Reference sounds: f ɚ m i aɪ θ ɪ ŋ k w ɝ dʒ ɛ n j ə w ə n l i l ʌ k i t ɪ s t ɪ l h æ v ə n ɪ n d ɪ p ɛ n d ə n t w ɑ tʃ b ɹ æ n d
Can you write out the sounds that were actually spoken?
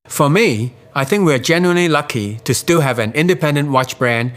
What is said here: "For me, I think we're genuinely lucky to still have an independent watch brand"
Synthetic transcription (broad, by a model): f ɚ m i aɪ θ ɪ ŋ k w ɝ dʒ ɛ n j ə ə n l i l ʌ k i t ɪ s t ɪ l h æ v ə n ɪ n d ɪ p ɛ n d ə n t w ɑ tʃ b ɹ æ n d